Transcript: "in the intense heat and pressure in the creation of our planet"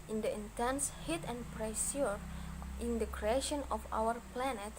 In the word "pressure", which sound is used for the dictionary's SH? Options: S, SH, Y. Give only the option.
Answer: S